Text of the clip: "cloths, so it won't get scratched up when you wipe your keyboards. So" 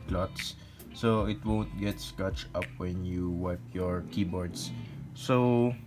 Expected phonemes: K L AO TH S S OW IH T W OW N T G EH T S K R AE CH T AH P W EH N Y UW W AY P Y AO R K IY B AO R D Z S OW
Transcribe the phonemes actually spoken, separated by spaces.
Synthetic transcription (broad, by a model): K L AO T S S OW IH T W OW N T G EH T S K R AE CH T AH P W EH N Y UW W AY P Y AO R K IY B AO R D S S OW